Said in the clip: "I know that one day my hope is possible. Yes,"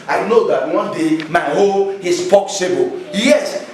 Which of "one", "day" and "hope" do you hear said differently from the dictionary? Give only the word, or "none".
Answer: hope